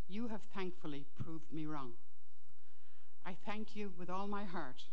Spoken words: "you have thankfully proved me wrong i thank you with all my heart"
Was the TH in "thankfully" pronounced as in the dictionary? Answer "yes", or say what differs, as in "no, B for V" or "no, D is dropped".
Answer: yes